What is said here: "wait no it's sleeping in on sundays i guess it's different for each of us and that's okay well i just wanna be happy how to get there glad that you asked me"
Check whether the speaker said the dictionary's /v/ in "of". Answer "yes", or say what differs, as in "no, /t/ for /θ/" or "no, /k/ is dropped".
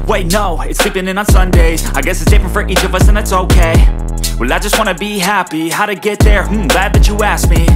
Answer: yes